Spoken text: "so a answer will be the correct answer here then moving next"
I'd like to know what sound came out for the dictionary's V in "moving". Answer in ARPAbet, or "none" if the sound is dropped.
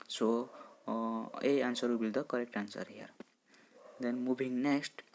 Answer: B